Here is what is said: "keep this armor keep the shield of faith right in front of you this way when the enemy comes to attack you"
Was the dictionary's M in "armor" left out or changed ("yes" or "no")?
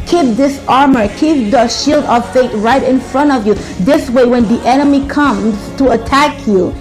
no